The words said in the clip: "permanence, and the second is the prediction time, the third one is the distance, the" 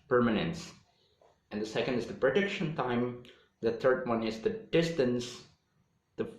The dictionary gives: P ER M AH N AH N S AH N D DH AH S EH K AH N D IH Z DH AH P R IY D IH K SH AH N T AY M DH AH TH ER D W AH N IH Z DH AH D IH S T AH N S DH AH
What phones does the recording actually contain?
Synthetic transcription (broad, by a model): P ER M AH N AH N S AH N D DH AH S EH K AH N D IH Z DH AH P R IY D IH K SH AH N T AY M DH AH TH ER D W AH N IH Z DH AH D IH S T AH N S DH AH